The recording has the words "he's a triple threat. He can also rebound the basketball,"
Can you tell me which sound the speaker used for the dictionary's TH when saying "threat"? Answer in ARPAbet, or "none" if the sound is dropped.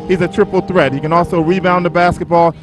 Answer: TH